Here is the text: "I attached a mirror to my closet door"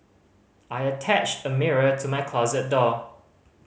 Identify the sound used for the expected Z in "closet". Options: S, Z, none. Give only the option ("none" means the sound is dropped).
Z